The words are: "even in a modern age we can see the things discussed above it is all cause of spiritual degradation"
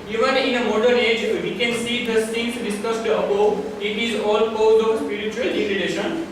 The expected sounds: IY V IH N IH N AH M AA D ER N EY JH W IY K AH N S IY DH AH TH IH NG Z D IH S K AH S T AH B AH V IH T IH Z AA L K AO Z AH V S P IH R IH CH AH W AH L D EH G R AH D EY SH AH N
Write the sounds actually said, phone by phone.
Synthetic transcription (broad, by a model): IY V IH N IH N AH M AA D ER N EY JH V IY K AH N S IY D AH S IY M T D IH S K AH S T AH AH P IH T IH Z AA L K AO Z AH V S P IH R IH CH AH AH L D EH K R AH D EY SH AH N